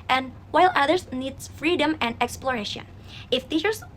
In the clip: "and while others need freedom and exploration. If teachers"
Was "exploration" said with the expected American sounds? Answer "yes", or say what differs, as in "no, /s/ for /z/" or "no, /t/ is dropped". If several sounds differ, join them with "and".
yes